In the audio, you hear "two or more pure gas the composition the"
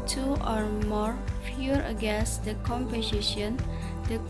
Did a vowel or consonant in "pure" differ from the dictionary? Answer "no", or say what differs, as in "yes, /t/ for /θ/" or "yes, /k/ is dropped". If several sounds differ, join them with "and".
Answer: yes, /f/ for /p/